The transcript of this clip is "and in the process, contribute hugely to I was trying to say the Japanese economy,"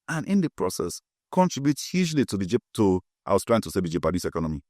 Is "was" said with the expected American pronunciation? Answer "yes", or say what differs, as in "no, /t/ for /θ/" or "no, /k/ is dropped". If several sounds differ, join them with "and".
no, /s/ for /z/